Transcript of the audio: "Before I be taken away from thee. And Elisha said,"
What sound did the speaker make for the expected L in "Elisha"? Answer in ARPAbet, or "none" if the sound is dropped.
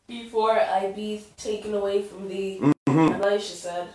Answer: none